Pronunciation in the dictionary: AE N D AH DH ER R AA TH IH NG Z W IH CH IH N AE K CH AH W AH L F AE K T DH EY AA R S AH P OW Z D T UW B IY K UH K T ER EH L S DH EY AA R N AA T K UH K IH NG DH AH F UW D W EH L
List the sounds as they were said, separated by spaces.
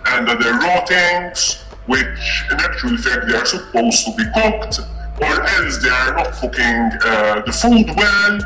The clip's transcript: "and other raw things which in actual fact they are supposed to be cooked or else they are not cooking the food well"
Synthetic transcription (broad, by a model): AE N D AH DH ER R AA T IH NG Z W IH CH IH N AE K CH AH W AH L F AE K T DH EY AA R S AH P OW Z T UW B IY K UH K T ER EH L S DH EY AA R N AA T K UH K IH NG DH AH F UW D W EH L